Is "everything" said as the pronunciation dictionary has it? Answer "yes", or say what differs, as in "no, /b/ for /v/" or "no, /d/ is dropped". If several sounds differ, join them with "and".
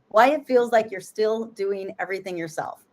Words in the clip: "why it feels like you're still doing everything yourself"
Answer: yes